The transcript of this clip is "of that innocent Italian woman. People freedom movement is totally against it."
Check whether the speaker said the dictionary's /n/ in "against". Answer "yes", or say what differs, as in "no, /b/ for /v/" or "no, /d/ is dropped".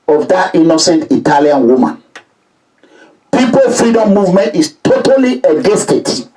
no, /n/ is dropped